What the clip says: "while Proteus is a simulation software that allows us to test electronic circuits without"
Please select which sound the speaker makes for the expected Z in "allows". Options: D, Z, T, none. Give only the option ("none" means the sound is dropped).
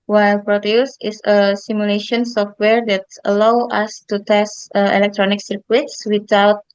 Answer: none